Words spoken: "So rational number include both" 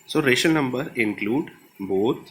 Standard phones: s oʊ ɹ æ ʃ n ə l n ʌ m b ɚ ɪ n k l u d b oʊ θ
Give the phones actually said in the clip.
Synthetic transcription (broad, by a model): s oʊ ɹ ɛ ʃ ə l n ʌ m b ɚ ɪ n k l u d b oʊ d